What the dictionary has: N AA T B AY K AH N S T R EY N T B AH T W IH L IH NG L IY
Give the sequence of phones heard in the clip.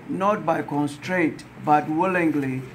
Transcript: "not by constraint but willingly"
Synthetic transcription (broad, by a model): N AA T B AY K AH N S T R EY N T B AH T W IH L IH NG L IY